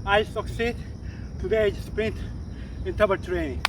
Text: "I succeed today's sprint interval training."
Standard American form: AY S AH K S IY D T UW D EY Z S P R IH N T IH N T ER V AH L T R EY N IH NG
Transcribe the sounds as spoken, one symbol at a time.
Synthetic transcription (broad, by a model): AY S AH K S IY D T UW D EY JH S P R IH N T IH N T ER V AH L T R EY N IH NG